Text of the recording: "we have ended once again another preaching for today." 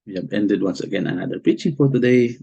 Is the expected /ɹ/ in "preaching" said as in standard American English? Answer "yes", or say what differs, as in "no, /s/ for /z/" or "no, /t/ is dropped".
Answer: no, /ɹ/ is dropped